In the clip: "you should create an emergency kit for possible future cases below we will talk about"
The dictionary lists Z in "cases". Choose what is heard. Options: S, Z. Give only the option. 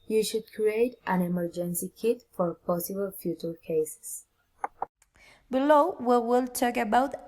S